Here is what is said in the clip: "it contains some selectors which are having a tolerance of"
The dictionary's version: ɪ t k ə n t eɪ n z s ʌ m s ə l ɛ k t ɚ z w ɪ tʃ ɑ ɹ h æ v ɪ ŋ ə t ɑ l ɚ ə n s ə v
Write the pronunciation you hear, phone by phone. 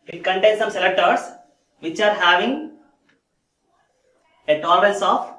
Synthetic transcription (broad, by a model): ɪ t k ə n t eɪ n s ʌ m s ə l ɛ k t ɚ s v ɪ tʃ ɑ ɹ h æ v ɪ ŋ ə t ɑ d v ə l s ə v